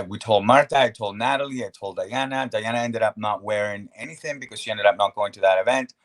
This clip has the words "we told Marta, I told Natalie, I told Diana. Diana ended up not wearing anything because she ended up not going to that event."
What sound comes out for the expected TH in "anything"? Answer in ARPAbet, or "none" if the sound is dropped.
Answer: TH